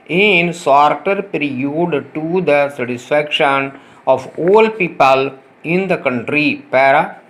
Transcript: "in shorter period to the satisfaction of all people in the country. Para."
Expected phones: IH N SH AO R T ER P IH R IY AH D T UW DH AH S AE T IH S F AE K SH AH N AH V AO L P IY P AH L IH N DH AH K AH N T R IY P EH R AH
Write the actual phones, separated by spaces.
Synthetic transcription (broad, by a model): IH N S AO R T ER P R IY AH D T UW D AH S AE T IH S F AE K SH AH N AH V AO L P IY P AH L IH N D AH K AH N T R IY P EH R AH